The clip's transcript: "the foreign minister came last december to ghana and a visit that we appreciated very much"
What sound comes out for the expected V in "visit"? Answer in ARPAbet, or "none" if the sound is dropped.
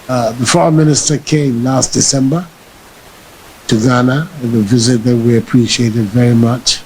V